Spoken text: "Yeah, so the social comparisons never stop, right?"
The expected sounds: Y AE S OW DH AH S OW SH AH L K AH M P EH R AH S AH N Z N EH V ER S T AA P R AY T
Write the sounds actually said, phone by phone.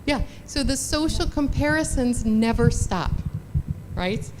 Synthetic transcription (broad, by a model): Y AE S OW DH AH S OW SH L K AH M P EH R AH S AH N Z N EH V ER S T AA P R AY T